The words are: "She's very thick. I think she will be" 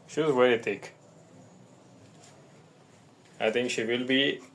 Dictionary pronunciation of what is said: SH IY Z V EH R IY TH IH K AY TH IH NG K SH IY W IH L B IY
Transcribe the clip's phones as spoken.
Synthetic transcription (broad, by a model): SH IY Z W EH IY T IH K AY T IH NG K SH IY W IH L B IY